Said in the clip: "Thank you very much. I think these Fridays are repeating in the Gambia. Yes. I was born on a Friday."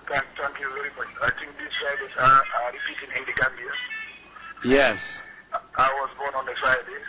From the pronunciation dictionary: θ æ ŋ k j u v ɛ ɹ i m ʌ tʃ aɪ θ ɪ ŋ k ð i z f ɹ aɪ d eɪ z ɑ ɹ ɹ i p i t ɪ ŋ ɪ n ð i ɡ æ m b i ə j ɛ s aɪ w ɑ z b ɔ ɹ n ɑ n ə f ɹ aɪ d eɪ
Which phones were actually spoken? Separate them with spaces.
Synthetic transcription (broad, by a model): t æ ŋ k j u v ɛ ɹ i m ʌ tʃ aɪ t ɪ ŋ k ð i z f ɹ aɪ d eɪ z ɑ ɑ ɹ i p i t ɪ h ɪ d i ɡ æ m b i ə j ɛ s aɪ w ɑ z b ɔ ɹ n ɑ n ə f ɹ aɪ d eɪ